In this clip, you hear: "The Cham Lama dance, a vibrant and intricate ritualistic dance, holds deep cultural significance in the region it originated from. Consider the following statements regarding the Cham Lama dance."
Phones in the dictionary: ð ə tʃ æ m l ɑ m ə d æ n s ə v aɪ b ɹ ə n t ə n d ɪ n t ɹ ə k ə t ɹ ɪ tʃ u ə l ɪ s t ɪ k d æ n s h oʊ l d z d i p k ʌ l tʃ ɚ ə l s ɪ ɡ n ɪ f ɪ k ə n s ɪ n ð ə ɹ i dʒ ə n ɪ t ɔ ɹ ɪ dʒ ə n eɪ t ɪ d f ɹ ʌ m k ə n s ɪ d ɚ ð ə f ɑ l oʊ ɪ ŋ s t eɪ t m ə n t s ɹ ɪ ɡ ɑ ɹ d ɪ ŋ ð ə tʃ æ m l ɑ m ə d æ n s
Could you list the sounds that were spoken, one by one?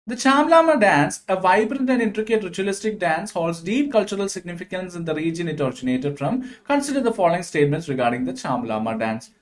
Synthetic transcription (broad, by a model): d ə tʃ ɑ m l ɑ m ə d æ n s ə v aɪ b ɹ ə n t ə n d ɪ n t ɹ ə k ə t ɹ ɪ tʃ u ə l ɪ s t ɪ k d æ n s h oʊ l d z d i p k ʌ l tʃ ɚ ə l s ɪ ɡ n ɪ f ɪ k ə n s ɪ n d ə ɹ i dʒ ə n ɪ t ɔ ɹ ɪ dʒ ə n eɪ t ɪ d f ɹ ʌ m k ə n s ɪ d ɚ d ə f ɑ l oʊ ɪ ŋ s t eɪ t m ə n t s ɹ ɪ ɡ ɑ ɹ d ɪ ŋ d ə tʃ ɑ m l ɑ m ə d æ n s